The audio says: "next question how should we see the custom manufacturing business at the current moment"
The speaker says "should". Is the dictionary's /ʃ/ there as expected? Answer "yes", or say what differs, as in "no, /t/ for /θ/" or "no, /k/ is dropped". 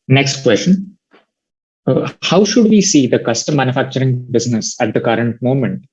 yes